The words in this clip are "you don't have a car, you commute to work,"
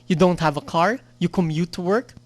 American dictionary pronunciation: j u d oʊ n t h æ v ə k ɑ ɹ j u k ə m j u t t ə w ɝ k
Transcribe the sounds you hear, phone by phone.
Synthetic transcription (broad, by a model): j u d oʊ n t h æ v ə k ɑ ɹ j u k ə m j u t t ə w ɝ k